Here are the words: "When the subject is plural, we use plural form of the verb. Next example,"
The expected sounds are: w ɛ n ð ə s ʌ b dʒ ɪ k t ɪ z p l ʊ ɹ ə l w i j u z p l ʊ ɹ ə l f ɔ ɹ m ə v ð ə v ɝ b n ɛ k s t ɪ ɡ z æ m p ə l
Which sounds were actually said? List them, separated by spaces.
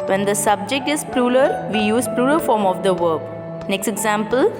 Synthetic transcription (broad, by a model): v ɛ n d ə s ʌ b dʒ ɪ k t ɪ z p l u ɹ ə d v i j u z p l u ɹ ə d f ɔ ɹ m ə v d ə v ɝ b n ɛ k s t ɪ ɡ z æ m p ə l